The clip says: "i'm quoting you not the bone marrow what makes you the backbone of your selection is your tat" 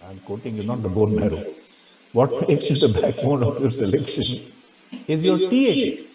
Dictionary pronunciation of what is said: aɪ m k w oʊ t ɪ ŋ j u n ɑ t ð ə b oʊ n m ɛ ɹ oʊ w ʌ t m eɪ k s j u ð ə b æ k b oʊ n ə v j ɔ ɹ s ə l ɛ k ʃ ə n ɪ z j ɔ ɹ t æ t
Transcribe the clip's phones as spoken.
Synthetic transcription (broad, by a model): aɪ m k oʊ t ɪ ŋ j u n ɑ t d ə b oʊ n m ɛ ɹ oʊ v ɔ t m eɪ k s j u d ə b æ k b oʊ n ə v j ɔ ɹ s ə l ɛ k ʃ ə n ɪ z j ɔ ɹ t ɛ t